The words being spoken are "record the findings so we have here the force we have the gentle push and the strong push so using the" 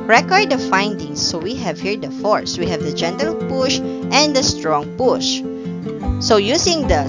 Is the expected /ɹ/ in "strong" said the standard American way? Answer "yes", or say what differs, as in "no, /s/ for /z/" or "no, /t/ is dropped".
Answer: yes